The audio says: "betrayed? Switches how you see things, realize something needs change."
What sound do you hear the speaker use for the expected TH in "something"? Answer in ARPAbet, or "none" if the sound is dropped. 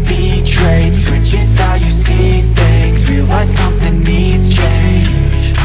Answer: TH